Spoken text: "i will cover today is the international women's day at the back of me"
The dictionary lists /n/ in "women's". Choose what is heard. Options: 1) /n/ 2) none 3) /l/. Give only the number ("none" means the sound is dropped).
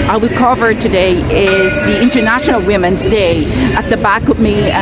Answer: 1